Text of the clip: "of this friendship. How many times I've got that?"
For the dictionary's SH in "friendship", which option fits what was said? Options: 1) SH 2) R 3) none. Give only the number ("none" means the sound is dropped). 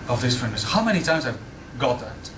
3